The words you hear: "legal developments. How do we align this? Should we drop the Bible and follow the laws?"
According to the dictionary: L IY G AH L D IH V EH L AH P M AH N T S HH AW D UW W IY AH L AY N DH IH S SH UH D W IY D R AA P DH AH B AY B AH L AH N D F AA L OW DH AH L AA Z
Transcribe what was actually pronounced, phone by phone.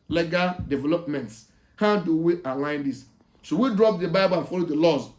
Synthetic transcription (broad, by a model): L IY G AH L D IH V EH L AH P M AH N T S HH AW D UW W IY AH L AY N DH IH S S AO W IY D R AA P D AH B AY B AH L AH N F AA L OW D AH L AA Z